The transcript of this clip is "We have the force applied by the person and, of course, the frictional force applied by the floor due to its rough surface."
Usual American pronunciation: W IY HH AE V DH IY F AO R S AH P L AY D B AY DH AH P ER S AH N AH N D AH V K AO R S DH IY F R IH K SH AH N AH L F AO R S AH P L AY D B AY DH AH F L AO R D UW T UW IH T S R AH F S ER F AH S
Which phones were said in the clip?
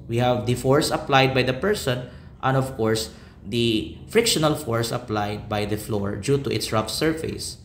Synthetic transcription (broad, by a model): W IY HH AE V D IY F AO R S AH P L AY D B AY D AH P ER S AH N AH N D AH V K AO R S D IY F R IH K SH AH N AH L F AO R S AH P L AY D B AY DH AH F L AO R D UW T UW IH T S R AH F S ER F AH S